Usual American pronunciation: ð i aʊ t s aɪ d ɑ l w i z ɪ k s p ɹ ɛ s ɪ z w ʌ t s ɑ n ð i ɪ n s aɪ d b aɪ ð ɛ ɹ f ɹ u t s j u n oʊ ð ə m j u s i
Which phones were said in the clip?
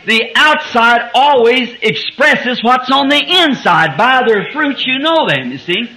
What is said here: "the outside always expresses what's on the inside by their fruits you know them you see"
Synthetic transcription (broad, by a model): ð i aʊ t s aɪ d ɑ l w i z ɪ k s p ɹ ɛ s ɪ z w ʌ t s n ð i ɪ n s aɪ d b aɪ ð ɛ ɹ f ɹ u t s j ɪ n oʊ ð ə m j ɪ s i